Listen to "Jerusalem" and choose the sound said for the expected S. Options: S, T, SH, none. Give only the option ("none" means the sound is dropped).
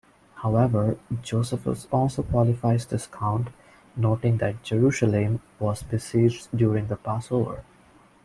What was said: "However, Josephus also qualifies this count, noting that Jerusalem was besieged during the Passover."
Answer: SH